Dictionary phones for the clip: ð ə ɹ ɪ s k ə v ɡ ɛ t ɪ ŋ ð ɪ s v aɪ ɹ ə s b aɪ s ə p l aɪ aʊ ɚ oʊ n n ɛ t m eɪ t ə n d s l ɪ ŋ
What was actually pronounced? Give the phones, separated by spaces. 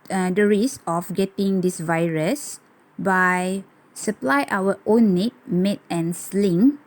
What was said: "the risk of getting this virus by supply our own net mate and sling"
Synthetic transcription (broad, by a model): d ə ɹ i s ə f ɡ ɛ t ɪ ŋ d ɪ s v aɪ ɹ ə s b aɪ s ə p l aɪ aʊ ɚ oʊ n n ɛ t m eɪ t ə n s l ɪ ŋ